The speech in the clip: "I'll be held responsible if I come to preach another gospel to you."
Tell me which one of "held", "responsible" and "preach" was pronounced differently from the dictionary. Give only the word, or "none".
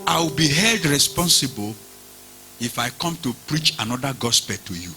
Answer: none